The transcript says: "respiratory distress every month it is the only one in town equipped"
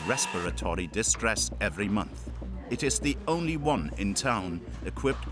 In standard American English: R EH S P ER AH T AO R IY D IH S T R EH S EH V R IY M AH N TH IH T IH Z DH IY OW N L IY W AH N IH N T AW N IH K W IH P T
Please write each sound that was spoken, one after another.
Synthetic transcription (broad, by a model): R EH S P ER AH T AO R IY D IH S T R EH S EH V R IY M AH N TH IH T IH Z DH IY OW N L IY W AH N IH N T AW N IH K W IH P T